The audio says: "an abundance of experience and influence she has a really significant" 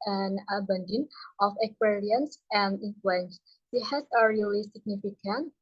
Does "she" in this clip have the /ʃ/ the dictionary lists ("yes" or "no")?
no